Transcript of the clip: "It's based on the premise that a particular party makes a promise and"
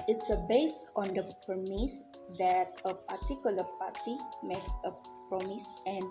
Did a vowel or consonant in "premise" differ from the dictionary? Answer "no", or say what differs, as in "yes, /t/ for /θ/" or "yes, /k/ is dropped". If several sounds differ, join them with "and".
yes, /ɹ/ is dropped